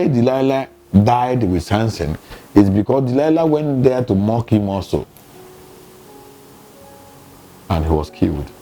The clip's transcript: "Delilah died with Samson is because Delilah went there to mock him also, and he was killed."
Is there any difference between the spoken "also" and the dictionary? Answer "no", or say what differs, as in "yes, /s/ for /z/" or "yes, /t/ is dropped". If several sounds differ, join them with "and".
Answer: yes, /l/ is dropped